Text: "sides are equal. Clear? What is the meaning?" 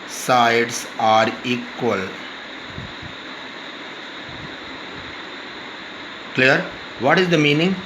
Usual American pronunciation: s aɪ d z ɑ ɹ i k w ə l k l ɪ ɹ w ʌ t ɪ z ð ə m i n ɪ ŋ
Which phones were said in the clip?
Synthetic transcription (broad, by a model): s aɪ d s ɑ ɹ i k w ə l k l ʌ ɹ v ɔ t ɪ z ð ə m i n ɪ ŋ